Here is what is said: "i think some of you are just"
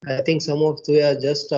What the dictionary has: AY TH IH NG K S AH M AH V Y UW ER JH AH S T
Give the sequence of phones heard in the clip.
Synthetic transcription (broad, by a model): AY T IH NG K S AH M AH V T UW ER JH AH S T